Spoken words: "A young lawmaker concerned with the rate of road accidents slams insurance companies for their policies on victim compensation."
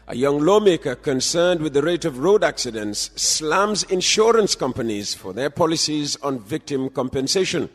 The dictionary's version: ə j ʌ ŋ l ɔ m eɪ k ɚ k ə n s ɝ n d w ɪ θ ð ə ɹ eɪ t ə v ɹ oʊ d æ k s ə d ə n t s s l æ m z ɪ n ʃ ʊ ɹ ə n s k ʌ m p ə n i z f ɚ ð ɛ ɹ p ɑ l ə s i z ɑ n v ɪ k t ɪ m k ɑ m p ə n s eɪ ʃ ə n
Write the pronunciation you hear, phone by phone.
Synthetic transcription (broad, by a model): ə j ʌ ŋ l ɔ m eɪ k ɚ k ə n s ɝ n d w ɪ ð ə ɹ eɪ t ə v ɹ oʊ d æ k s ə d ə n t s s l æ m z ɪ n ʃ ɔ ɹ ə n s k ʌ m p ə n i z f ɚ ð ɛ ɹ p ɑ l ə s i z ɑ n v ɪ k t ɪ m k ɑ m p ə n s eɪ ʃ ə n